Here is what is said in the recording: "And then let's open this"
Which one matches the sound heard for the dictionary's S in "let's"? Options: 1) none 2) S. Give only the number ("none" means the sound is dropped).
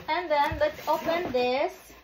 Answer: 1